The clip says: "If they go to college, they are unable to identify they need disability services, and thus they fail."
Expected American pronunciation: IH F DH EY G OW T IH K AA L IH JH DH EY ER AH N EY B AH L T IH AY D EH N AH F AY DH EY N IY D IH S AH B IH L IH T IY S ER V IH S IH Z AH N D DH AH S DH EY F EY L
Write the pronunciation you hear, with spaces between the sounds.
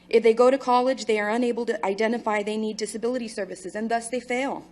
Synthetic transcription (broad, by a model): IH F DH EY G OW T IH K AA L IH JH DH EY ER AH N EY B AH L T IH AY D EH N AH F AY DH EY N IY D IH S AH B IH L IH T IY S ER V IH S IH Z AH N DH AH S DH EY F EY L